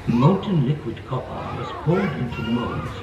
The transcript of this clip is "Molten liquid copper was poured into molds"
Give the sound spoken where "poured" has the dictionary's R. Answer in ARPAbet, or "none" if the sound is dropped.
L